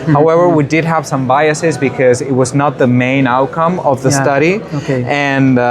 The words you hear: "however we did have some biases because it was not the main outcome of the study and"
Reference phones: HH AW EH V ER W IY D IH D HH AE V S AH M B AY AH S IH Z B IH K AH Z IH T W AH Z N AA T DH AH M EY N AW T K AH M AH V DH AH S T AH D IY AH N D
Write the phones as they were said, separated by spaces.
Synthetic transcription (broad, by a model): HH AW EH V ER W IY D IH D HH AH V S AH M B AY AH S IH Z B IH K AH Z IH T W AH Z N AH T DH AH M EY N AW T K AH M AH V DH AH S T AH D IY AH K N